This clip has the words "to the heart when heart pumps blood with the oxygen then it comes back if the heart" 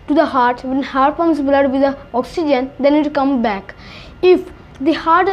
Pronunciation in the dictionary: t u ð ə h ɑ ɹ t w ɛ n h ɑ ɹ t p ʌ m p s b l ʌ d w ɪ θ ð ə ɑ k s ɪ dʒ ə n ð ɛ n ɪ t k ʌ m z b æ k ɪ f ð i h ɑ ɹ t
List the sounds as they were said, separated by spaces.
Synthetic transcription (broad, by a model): t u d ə h ɑ ɹ t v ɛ n h ɑ ɹ t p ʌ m s b l ʌ d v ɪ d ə ɑ k s ɪ dʒ ə n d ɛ n ɪ t k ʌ m b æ k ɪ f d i h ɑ ɹ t